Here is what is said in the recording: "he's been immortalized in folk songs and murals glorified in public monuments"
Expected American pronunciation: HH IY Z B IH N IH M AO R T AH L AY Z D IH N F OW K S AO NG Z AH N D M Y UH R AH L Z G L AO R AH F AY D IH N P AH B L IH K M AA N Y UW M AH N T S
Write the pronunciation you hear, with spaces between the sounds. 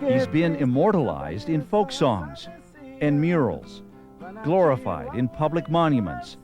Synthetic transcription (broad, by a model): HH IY Z B IH N IH M AO R T AH L AY Z D IH N F OW K S AO NG Z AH N M Y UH R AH L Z G L AO R AH F AY D IH N P AH B L IH K M AA N Y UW M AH N T S